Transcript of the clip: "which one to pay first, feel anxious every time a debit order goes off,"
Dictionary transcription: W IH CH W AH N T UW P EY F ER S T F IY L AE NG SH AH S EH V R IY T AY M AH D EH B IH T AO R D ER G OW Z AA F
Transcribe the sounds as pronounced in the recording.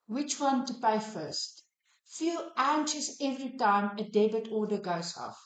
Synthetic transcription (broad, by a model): W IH CH W AH N T UW P EY F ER S T F IY L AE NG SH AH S EH V R IY T AY M AH D EH B IH T AO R D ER G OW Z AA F